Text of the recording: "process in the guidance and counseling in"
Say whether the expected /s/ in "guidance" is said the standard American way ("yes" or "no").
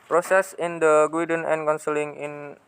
no